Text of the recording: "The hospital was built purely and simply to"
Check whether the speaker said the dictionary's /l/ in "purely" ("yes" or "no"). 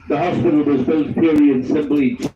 no